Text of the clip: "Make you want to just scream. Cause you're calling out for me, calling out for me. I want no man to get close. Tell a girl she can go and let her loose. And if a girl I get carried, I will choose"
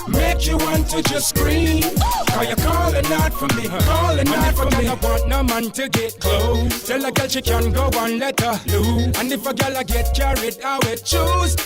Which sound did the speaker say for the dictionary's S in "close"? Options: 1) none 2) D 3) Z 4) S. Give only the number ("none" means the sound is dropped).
1